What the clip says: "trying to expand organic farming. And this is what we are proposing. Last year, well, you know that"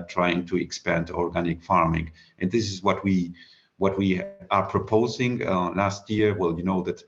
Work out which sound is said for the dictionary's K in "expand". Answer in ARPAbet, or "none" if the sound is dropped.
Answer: K